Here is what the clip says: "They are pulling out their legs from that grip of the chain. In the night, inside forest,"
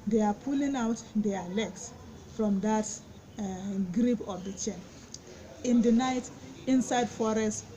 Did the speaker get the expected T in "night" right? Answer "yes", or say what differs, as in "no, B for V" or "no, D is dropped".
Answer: yes